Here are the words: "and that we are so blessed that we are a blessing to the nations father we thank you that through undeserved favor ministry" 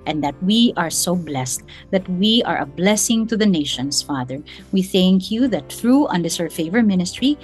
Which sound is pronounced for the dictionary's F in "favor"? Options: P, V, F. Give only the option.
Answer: F